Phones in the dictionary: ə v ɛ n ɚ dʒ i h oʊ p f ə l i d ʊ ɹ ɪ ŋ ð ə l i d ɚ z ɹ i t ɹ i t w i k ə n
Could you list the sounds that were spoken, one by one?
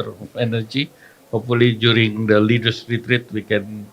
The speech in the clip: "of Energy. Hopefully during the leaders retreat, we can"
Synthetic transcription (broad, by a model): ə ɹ ɛ n ɚ dʒ i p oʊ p ə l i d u ɹ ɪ ŋ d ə l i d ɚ s ɹ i t ɹ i t w i k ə n